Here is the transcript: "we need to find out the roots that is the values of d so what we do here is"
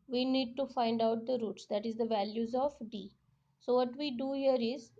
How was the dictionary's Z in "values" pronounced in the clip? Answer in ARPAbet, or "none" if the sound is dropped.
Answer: Z